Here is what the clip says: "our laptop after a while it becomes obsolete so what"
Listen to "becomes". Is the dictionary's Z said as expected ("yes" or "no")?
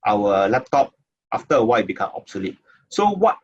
no